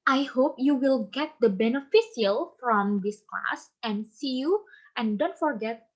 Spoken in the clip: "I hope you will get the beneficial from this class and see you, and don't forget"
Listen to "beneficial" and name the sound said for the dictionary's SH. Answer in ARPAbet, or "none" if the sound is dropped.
S